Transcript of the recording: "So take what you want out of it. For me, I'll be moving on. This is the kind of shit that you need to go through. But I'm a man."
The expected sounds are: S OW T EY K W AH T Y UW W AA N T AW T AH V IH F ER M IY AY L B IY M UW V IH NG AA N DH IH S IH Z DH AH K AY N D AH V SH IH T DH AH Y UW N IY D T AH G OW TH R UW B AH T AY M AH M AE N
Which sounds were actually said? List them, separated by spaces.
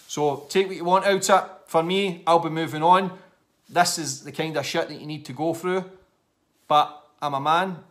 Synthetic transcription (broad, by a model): S OW T EY K W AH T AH W AA N T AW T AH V F ER M IY AY L B IY M UW V IH NG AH N DH IH S IH Z DH AH K AY N D AH V SH IH T DH AH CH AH N IY D T AH G OW TH R UW B AH T AY M AH M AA N